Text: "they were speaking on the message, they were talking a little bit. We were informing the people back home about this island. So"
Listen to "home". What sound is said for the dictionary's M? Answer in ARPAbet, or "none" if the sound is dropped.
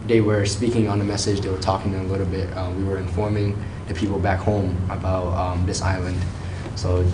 M